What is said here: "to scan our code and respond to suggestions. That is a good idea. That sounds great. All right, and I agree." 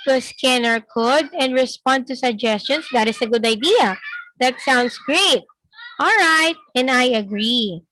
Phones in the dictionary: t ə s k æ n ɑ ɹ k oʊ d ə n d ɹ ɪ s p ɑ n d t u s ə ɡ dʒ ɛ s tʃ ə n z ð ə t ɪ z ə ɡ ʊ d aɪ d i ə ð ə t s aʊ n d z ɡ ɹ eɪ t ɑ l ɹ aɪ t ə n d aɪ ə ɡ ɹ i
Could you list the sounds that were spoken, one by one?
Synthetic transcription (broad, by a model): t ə s k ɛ n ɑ ɹ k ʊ d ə n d ɹ ɪ s p ɑ n d t u s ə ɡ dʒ ɛ s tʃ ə n s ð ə t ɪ s ə ɡ ʊ d aɪ d i ə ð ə t s aʊ n d s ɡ ɹ eɪ t ɑ l ɹ aɪ t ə n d aɪ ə ɡ ɹ i